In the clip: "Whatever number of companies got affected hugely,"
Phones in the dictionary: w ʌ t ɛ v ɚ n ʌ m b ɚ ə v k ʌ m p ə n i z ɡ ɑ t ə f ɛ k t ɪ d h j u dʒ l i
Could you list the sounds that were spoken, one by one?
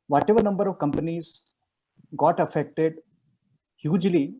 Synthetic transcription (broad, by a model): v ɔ t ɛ v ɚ n ʌ m b ɚ ə v k ʌ m p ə n i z ɡ ɑ t ə f ɛ k t ɪ d h j u dʒ l i